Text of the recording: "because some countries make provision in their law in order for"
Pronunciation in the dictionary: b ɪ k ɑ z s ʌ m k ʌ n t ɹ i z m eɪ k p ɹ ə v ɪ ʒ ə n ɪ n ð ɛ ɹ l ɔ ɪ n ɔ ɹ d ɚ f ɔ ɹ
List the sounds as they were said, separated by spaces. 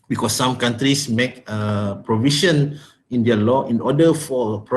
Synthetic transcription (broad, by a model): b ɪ k ɑ s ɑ m k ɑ n t ɹ i s m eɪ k p ɹ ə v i ʃ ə n ɪ n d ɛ l ɔ ɪ n ɔ d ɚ f ɔ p